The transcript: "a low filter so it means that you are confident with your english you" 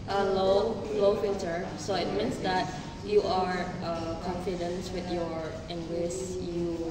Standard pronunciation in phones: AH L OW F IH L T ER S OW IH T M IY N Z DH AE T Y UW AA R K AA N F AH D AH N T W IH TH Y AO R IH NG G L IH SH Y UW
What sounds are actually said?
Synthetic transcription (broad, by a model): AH L OW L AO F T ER S OW IH T M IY N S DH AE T Y UW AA R K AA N F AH D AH N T W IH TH Y AO R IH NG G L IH S Y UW